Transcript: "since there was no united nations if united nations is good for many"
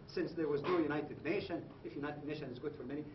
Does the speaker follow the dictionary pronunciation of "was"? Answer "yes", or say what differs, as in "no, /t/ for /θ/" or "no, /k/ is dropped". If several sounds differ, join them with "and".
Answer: yes